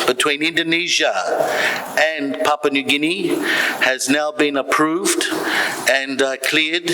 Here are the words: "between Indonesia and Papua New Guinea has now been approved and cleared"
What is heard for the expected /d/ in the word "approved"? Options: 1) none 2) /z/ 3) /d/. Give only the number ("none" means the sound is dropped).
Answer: 3